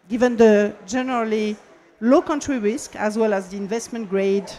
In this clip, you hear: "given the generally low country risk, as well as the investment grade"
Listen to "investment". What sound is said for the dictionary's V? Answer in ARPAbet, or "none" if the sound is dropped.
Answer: V